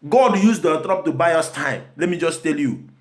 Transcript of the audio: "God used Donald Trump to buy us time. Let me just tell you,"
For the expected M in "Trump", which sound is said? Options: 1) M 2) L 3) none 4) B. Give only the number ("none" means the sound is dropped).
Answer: 3